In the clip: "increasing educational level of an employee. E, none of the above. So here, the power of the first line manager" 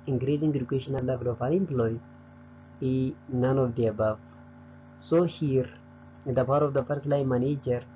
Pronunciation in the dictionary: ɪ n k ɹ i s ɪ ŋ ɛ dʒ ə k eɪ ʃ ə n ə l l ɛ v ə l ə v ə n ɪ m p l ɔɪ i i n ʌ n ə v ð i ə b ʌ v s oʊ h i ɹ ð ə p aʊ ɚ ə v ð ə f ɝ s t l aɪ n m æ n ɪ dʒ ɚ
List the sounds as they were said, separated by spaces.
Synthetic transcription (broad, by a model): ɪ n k ɹ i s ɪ ŋ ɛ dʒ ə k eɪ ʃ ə n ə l l ɛ v ə l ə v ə l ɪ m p l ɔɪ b i n ʌ n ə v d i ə b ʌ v s oʊ h i ɹ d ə p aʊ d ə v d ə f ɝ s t l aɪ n m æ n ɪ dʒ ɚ